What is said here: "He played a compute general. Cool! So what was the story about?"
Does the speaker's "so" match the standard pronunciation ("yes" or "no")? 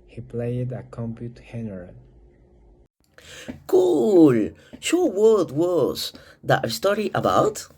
no